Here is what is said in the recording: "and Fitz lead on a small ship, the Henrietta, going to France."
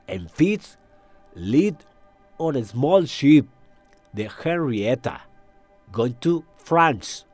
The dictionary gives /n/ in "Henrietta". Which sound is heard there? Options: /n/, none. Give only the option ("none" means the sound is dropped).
none